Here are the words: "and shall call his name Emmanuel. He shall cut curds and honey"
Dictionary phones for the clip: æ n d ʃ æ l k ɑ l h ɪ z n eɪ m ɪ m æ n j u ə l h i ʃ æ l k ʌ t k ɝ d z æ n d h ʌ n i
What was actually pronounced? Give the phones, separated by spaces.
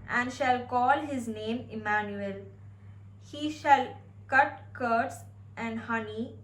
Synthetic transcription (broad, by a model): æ n d ʃ æ l k ɑ l h ɪ z n eɪ m ɪ m æ n j u ə l h i ʃ æ l k ʌ t k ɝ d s æ n d h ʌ n i